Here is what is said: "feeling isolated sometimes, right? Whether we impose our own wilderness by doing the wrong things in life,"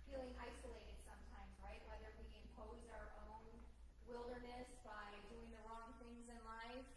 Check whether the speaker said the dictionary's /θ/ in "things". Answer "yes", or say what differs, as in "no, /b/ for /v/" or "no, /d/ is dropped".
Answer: yes